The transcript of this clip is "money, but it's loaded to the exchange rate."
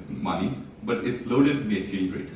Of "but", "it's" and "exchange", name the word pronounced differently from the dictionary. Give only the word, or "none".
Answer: exchange